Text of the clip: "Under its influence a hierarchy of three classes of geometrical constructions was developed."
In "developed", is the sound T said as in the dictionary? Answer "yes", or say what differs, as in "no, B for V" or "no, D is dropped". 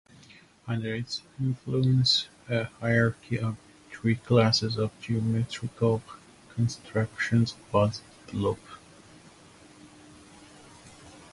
no, T is dropped